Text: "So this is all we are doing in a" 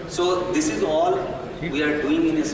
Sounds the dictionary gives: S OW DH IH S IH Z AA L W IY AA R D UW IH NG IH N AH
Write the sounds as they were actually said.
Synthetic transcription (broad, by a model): S OW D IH S IH Z AA L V IY AA R D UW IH NG IH N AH